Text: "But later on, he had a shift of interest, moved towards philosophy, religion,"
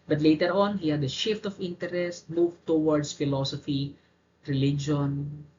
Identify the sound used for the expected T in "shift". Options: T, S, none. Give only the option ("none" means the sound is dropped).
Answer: T